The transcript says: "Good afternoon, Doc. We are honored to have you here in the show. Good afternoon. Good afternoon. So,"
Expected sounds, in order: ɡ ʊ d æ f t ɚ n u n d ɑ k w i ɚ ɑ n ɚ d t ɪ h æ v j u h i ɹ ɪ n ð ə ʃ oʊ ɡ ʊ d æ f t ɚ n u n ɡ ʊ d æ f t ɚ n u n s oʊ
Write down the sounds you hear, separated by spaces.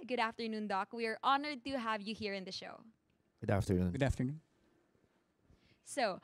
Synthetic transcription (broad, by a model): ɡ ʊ d æ f t ɚ n u n d ɑ k w i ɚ ɑ n ɚ d t ɪ h æ v j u h i ɹ ɪ n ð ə ʃ oʊ ɡ ʊ d æ f t ɚ n u n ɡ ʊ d æ f t ɚ n u n s oʊ